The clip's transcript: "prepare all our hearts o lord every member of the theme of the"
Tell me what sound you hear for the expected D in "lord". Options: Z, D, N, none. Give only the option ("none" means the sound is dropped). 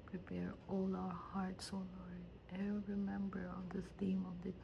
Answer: none